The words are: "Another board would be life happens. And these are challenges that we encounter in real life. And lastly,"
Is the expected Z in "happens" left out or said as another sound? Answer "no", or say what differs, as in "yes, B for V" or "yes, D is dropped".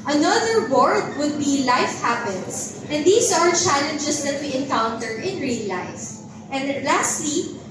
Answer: yes, S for Z